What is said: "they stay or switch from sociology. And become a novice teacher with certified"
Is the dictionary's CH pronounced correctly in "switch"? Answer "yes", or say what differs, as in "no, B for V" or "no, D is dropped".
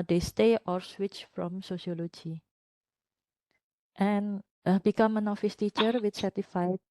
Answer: yes